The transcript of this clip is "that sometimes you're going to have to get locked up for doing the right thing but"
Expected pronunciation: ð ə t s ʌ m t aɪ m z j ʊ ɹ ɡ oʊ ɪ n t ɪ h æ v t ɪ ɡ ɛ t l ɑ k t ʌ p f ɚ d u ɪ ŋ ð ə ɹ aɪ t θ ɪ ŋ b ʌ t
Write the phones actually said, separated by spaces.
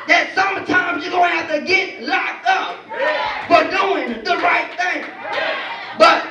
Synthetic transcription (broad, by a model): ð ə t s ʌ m t aɪ m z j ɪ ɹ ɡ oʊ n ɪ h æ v t ɪ ɡ ɛ t l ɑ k ʌ p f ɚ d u ɪ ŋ ð ə ɹ aɪ t θ ɪ ŋ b ʌ t